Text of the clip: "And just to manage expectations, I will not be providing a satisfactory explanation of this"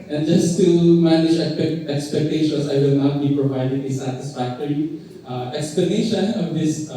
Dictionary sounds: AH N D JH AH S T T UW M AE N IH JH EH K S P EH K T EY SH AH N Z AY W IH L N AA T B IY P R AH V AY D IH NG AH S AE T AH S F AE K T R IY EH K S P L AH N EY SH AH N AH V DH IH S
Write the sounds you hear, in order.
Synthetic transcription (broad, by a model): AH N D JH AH S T T UW M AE N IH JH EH K S P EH K T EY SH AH N S AY W IH L N AA T B IY P R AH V AY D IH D AH S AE T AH S F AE K T R IY EH K S P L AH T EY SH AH N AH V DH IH S